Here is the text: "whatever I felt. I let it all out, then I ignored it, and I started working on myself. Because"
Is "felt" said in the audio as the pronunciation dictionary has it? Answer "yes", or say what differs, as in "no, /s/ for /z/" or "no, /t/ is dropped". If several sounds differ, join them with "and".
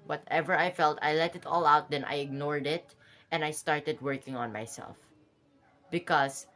yes